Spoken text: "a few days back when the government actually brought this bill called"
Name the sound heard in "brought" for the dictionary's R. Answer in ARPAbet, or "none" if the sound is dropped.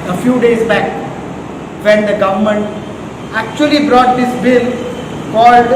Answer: R